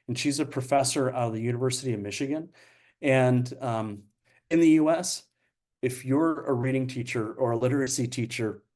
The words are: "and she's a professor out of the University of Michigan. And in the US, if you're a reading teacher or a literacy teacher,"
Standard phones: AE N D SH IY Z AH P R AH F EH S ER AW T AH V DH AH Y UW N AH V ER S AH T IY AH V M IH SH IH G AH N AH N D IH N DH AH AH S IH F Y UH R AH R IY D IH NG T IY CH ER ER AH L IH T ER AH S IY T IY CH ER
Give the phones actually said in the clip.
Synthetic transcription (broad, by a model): N SH IY Z AH P R AH F EH S ER AW T AH V DH AH Y UW N AH V ER S AH T IY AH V M IH SH IH G AH N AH N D IH N DH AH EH S IH F Y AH R AH R IY D IH NG T IY CH ER ER AH L IH T ER AH S IY T IY CH ER